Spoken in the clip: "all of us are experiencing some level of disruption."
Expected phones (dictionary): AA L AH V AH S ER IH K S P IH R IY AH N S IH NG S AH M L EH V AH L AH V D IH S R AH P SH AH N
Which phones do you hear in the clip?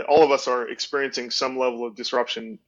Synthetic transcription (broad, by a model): AA L AH V AH S ER IH K S P IH R IY AH N S IH NG S AH M L EH V L AH V D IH S R AH P SH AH N